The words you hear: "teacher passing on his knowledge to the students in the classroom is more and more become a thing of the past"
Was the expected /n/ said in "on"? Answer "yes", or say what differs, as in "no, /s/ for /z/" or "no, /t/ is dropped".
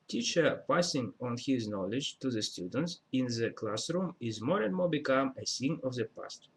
yes